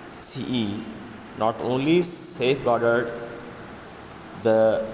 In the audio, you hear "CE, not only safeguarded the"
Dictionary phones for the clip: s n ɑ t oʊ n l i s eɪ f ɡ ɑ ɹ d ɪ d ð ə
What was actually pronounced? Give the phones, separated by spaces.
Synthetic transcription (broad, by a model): s n ɑ t oʊ n l i s eɪ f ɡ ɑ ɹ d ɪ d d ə